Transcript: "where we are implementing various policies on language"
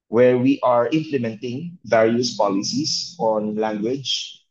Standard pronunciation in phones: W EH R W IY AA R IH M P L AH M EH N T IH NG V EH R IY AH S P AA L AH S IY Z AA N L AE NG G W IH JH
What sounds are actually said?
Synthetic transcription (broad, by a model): W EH R W IY AA R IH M P L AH M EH N T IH NG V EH R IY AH S P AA L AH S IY S AA N L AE NG G W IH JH